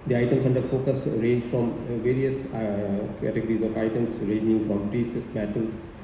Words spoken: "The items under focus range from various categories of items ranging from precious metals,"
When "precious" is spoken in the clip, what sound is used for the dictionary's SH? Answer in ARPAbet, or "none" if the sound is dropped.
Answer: S